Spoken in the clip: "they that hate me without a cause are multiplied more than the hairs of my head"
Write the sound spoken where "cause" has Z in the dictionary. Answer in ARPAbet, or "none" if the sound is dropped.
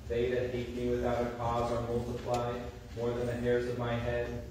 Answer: Z